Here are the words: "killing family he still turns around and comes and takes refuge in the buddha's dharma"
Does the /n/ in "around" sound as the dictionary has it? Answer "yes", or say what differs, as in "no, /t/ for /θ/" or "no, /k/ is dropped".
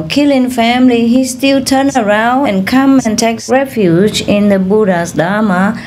yes